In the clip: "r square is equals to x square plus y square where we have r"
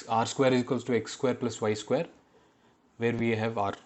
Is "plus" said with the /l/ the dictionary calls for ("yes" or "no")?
yes